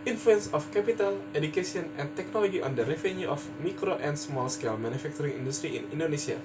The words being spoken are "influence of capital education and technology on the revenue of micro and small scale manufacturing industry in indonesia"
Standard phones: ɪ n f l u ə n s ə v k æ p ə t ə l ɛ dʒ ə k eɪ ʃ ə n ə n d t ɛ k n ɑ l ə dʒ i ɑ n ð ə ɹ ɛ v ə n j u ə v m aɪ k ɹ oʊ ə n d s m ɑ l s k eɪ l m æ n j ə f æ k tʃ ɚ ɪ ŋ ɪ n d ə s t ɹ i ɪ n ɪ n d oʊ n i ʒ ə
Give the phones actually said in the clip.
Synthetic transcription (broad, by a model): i n f l u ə n s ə f k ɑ p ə t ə l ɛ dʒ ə k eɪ s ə n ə n t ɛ k n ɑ l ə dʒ i ɑ n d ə ɹ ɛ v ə n j u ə f m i k ɹ oʊ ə n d s m ɑ l s k eɪ l m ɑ n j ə f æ k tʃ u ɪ ŋ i n d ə s t ɹ i ɪ n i n d oʊ n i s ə